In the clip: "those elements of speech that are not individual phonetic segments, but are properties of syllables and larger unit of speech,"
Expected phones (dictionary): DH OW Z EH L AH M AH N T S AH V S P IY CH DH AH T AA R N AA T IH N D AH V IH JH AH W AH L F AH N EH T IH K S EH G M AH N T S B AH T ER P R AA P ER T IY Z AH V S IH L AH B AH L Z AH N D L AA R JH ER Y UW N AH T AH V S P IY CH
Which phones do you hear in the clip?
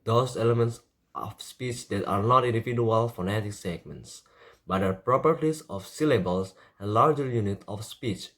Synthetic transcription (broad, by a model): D OW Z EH L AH M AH N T S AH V S P IY CH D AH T AA R N AA T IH N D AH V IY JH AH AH L F AH N EH T IH K S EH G M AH N T S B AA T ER P R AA P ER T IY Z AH F S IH L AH B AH L S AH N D L AA R JH ER Y UW N AH T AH F S P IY CH